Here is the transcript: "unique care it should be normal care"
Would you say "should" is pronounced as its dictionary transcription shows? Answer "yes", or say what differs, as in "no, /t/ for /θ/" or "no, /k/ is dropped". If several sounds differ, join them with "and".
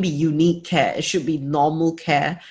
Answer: yes